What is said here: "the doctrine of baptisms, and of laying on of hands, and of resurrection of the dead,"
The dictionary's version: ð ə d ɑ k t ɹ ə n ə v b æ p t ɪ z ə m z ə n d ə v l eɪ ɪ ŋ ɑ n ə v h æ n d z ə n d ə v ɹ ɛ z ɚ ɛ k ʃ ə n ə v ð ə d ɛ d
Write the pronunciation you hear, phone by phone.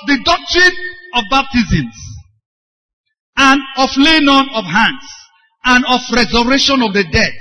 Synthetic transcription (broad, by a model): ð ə d ɑ k t ɹ ə n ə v b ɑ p t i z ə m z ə n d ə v l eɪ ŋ ɑ n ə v h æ n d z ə n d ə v ɹ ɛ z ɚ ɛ ʃ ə n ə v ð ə d ɛ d